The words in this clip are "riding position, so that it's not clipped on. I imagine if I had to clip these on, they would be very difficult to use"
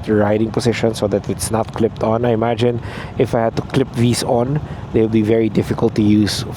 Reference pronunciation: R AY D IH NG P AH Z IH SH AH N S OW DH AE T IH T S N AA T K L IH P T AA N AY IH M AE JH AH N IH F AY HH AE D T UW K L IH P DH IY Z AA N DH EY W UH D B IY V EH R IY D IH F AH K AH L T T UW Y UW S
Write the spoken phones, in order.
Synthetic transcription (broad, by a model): R AY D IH NG P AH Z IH SH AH N S OW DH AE T IH T S N AA T K L IH P T AA N AY IH M AE JH AH N IH F AY HH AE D T UW K L IH P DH IY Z AA N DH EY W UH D B IY V EH R IY D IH F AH K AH L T T UW Y UW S